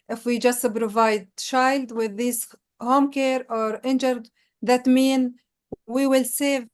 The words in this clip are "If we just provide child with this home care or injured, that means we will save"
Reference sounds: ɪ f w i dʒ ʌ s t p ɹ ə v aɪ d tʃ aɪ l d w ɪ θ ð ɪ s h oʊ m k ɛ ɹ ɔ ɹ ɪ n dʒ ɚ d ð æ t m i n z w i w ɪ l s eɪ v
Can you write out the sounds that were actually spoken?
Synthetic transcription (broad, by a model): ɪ f w i dʒ ʌ s t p ɹ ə v aɪ d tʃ aɪ l d w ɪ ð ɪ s h oʊ m k ɛ ɹ ɔ ɹ ɪ n dʒ ɚ d ð æ t m i n w i w ɪ l s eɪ v